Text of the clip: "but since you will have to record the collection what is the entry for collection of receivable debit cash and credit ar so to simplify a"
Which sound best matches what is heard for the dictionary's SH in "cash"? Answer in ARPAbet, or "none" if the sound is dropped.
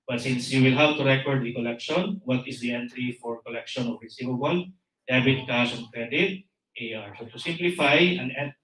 S